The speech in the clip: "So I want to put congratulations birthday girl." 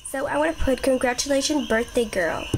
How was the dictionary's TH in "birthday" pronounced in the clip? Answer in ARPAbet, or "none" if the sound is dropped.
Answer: TH